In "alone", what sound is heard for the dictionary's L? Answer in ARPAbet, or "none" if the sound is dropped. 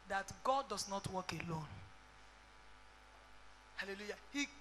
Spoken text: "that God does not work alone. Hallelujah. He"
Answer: L